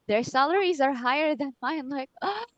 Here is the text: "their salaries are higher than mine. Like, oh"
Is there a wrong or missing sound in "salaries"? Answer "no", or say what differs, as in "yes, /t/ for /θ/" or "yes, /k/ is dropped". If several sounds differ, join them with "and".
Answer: no